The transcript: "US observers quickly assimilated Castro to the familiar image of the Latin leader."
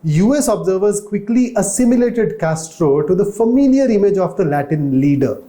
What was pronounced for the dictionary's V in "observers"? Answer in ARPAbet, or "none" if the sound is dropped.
V